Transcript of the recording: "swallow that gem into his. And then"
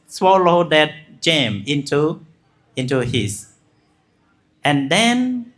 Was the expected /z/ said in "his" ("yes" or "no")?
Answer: no